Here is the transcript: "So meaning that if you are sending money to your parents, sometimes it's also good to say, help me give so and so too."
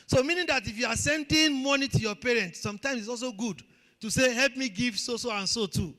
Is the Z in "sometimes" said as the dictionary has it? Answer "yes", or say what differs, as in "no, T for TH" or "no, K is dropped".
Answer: no, S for Z